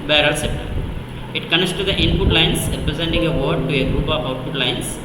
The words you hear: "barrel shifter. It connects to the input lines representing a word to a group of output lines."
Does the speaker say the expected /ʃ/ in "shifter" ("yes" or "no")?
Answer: no